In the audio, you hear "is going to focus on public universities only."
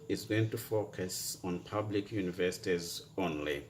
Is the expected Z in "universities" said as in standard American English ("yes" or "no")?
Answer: yes